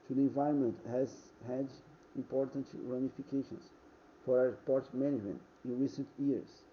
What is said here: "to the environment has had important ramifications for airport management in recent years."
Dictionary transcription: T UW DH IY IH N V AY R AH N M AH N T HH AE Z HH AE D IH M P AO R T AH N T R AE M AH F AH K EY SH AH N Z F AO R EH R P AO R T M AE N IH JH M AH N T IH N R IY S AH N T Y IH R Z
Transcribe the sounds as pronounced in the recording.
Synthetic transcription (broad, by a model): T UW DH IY IH N V AY R AH N M AH N T HH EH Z HH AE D IH M P AO R T AH N T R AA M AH F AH K EY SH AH N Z F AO W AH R P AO R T M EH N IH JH M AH N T IH N R IY S AH N T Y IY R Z